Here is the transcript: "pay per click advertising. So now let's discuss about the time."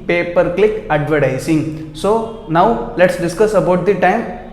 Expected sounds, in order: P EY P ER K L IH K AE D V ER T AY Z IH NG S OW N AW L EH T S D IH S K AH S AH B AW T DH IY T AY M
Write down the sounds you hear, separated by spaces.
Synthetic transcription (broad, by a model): P EY P ER K L IH K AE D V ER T AY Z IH NG S OW N AW L EH T S D IH S K AH S AH B AW T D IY T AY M